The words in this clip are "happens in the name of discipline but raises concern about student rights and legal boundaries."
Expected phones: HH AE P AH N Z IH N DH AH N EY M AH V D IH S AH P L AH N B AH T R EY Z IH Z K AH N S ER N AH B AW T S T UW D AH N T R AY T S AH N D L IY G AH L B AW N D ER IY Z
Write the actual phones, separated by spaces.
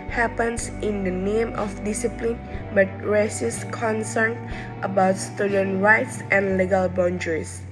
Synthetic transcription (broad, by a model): HH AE P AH N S IH N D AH N EY M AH F D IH S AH P L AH N B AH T R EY S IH S K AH N S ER N AH B AW T S T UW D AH N R AY T S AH N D L IY G AH L B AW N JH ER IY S